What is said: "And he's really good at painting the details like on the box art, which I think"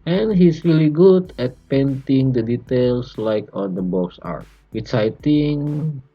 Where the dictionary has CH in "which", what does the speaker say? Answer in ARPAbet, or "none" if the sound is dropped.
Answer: S